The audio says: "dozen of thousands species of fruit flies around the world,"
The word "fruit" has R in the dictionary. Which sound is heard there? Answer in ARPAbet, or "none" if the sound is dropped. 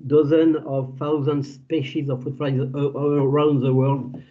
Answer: none